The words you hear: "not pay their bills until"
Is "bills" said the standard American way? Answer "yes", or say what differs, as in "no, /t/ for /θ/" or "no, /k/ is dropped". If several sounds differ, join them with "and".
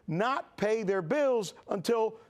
yes